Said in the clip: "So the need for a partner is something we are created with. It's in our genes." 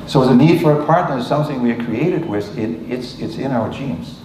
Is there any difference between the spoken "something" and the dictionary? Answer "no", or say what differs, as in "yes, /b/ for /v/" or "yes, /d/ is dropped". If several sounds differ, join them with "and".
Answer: no